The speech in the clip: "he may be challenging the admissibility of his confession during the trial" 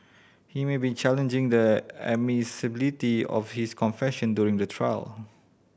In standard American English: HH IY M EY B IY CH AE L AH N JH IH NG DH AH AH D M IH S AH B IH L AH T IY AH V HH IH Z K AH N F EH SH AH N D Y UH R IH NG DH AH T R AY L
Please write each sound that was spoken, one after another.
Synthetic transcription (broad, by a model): HH IY M EY B IY CH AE L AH N JH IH NG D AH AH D M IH S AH B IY L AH T IY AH F HH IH S K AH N F EH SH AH N D Y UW R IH NG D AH T R AY L